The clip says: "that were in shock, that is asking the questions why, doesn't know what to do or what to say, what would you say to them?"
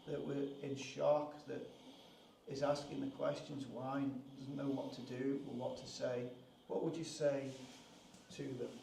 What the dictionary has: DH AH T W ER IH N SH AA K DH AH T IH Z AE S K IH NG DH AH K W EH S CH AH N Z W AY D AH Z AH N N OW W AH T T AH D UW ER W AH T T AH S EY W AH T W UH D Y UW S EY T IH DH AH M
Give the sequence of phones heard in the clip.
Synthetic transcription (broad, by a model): DH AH T W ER IH N SH AA K DH AH T IH Z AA S K IH NG DH AH K W EH S CH AH N Z W AY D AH Z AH N N OW W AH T T AH D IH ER W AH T T AH S EY W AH T W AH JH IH S EY T IH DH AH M